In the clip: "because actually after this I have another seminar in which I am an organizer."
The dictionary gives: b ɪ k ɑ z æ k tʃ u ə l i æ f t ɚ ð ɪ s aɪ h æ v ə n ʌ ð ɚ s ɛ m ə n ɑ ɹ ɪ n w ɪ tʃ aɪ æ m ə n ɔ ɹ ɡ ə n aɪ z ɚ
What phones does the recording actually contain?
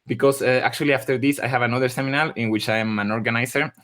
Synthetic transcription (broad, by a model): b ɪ k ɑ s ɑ k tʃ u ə l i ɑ f t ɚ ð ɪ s aɪ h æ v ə n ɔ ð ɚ s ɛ m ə n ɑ l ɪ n w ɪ tʃ aɪ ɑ m ə n ɔ ɹ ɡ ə n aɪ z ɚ